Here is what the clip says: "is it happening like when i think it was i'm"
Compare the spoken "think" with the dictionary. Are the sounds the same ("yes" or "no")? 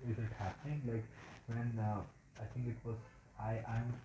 no